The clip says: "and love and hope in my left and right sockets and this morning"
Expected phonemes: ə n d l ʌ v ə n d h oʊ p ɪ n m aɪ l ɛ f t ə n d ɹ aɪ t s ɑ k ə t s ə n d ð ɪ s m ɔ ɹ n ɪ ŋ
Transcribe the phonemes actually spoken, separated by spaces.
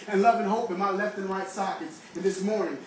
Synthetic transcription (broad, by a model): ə n l ʌ v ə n h oʊ p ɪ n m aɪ l ɛ f t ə n ɹ aɪ t s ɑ k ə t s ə n ð ɪ s m ɔ ɹ n ɪ ŋ